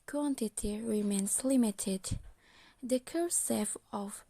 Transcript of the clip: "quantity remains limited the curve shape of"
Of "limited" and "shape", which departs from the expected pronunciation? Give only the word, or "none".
shape